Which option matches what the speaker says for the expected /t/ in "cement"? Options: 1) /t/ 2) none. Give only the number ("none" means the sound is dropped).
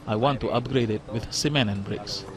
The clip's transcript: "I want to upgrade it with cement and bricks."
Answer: 2